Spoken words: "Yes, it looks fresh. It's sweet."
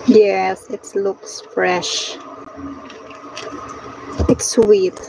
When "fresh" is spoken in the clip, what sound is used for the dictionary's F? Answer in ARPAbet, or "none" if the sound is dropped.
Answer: F